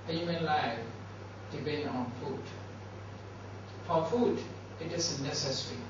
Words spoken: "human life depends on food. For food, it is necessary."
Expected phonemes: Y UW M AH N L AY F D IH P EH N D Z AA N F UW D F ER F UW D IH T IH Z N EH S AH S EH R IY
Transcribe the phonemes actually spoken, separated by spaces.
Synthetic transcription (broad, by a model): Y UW M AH N L AY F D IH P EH N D AA N F UW D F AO F UW D IH T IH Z N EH S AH S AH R IY